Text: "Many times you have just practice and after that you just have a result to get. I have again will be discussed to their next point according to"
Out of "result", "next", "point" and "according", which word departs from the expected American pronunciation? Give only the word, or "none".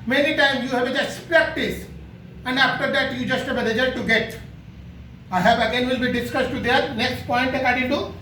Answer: result